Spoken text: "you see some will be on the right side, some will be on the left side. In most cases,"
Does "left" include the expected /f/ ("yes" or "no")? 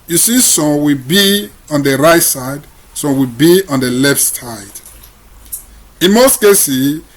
yes